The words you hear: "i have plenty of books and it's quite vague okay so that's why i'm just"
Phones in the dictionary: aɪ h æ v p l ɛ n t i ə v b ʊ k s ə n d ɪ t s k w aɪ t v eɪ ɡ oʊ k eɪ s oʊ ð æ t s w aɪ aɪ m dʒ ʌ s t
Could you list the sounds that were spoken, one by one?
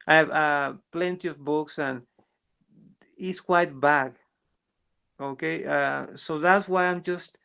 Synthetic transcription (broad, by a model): aɪ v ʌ p l ɛ n t i ə v b ʊ k s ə n ɪ t s k w aɪ t b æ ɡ oʊ k eɪ s oʊ ð æ t s w aɪ aɪ m dʒ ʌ s t